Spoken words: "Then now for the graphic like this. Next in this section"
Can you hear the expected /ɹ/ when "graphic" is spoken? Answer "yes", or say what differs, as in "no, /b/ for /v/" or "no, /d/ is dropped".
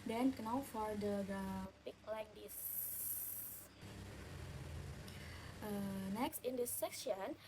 no, /ɹ/ is dropped